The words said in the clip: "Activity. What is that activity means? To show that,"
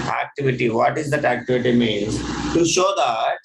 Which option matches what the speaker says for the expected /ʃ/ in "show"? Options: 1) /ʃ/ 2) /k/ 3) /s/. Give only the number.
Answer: 1